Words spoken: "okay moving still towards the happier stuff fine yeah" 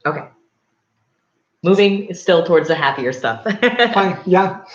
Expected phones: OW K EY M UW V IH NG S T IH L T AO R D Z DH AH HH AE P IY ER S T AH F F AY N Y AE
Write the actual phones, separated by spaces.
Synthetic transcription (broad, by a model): OW K EY M UW V IH NG S T IH L T AO R D Z DH AH HH AE P IY ER S T AH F F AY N Y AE